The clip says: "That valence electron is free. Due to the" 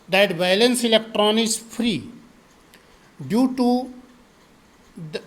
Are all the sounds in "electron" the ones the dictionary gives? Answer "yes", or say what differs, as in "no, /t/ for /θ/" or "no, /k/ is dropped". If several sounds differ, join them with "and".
yes